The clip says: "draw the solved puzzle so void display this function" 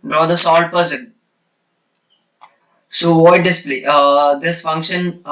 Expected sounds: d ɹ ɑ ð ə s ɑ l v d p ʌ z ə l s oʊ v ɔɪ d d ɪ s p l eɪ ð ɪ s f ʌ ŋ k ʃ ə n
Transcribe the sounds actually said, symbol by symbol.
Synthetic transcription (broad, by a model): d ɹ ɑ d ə s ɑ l d p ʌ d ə n s oʊ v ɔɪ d d ɪ s p l eɪ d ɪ s f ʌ ŋ k ʃ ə n